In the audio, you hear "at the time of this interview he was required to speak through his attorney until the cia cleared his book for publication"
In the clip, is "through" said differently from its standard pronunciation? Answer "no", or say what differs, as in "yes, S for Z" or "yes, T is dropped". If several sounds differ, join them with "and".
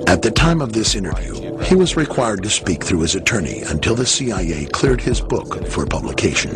no